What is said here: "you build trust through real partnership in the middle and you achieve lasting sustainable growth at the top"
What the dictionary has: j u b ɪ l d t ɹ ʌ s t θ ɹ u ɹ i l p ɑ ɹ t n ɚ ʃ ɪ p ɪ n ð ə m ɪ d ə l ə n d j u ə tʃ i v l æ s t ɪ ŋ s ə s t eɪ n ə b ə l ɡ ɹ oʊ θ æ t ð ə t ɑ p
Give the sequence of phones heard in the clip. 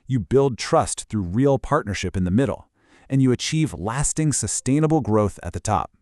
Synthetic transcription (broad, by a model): j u b ɪ l d t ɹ ʌ s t θ ɹ u ɹ i l p ɑ ɹ t n ɚ ʃ ɪ p ɪ n ð ə m ɪ d l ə n j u ə tʃ i v l æ s t ɪ ŋ s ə s t eɪ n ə b l ɡ ɹ oʊ θ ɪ t ð ə t ɑ p